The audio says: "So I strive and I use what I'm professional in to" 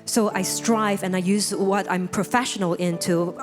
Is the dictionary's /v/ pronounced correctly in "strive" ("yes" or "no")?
yes